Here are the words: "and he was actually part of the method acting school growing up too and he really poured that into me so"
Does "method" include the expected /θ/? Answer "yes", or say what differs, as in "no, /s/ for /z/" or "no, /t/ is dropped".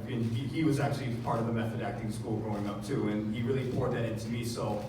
yes